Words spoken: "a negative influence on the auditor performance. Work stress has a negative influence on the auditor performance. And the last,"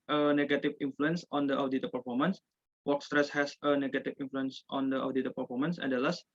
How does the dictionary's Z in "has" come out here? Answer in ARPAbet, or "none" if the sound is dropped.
S